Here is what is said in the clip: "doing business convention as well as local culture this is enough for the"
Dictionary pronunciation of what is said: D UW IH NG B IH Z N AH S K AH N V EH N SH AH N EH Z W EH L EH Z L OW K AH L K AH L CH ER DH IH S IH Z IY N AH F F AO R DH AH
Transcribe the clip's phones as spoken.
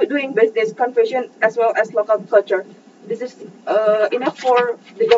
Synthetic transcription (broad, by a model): D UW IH NG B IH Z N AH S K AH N F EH SH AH N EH S W EH L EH S L OW K AH L K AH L CH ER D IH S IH S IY N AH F F AO R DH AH